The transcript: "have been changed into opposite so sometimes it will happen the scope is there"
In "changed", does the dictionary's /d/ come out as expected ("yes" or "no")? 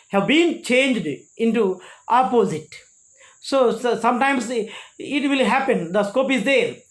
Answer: yes